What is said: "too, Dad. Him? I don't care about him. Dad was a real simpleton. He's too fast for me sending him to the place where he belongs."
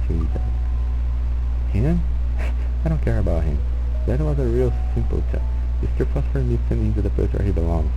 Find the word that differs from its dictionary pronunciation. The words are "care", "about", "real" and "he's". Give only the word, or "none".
he's